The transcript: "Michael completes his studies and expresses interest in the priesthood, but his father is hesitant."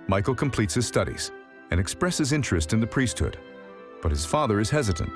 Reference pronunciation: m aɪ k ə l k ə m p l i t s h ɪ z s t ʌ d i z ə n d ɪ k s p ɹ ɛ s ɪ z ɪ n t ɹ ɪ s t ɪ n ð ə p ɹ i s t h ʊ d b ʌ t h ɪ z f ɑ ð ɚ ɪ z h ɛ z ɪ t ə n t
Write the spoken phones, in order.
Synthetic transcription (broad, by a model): m aɪ k l k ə m p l i t s h ɪ z s t ʌ d i z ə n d ɪ k s p ɹ ɛ s ɪ z ɪ n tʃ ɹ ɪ s t ɪ n ð ə p ɹ i s t h ʊ d b ʌ t h ɪ z f ɑ ð ɚ ɪ z h ɛ z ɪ t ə n t